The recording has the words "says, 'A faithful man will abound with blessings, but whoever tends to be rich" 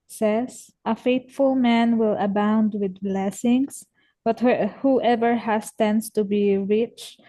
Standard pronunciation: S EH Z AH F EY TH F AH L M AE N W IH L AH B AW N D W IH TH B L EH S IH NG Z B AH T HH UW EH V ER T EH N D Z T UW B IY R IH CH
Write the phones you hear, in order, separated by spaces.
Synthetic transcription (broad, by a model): S EH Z AH F EY T F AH L M AE N W IH L AH B AW N D W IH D B L EH S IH NG S B AH T HH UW EH V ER T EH N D S T UW B IY R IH CH